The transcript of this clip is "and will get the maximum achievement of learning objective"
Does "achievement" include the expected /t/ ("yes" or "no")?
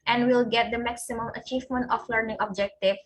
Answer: yes